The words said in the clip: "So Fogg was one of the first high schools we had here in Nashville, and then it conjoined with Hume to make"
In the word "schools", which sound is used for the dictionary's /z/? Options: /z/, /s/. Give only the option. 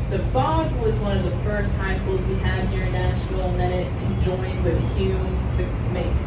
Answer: /z/